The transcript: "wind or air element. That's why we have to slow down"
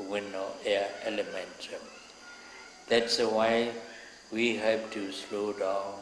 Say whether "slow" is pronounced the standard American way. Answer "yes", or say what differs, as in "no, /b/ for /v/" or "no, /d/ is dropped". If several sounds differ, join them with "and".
yes